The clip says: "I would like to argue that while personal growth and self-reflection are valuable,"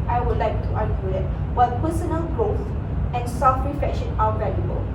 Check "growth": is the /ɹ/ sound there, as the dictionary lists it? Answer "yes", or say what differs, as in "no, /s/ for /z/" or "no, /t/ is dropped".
yes